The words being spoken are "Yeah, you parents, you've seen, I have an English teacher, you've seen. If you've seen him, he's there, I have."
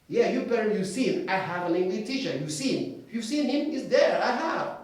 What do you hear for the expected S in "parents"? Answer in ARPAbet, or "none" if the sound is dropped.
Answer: none